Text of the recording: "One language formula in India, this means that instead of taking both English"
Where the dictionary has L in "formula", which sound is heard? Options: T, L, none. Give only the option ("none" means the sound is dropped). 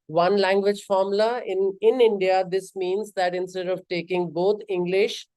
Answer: none